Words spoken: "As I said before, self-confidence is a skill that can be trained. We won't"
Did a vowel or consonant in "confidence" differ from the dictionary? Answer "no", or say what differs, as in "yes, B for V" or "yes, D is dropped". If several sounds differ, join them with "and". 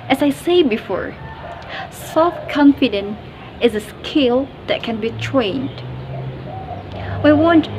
yes, S is dropped